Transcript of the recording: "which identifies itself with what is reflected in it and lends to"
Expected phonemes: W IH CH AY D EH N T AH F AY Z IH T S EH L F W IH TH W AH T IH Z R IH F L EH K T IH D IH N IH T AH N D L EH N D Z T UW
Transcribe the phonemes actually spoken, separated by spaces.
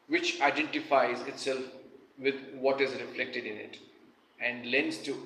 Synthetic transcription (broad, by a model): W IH CH AY D EH N T AH F AY Z IH T S EH L F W IH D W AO T IH Z R IH F L EH K T IH D IH N IH T AH N D L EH N D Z T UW